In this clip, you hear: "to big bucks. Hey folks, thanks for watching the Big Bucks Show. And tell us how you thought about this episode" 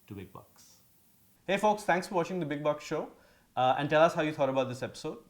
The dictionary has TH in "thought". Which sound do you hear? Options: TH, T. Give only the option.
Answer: T